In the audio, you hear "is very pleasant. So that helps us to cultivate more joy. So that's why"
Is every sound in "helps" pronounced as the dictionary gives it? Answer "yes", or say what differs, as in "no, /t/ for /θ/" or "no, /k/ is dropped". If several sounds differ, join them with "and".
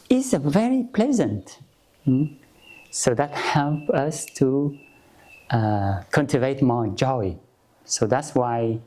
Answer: no, /s/ is dropped